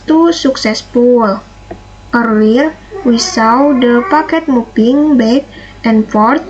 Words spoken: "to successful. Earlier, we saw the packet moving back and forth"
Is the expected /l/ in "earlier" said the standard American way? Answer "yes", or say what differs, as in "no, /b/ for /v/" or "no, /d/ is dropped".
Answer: no, /l/ is dropped